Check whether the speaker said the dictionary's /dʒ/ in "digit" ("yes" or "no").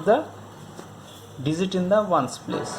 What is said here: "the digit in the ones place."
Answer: no